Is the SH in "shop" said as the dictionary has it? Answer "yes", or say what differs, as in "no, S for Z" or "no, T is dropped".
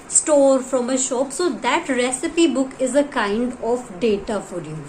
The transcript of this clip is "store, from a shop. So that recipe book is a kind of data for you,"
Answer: yes